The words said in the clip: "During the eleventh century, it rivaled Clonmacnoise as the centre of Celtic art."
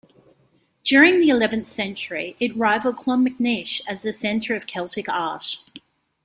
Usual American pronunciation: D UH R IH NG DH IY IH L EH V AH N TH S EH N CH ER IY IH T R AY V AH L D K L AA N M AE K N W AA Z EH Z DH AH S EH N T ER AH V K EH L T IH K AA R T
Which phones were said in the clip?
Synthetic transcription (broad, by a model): D UH R IH NG DH IY IH L EH V AH N TH S EH N CH ER IY IH T R AY V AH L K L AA M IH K N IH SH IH Z DH AH S EH N T ER AH V K EH L T IH K AA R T